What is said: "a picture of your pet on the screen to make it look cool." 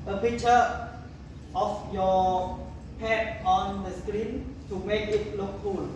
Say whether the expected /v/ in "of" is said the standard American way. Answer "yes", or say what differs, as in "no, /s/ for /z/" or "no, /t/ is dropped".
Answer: no, /f/ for /v/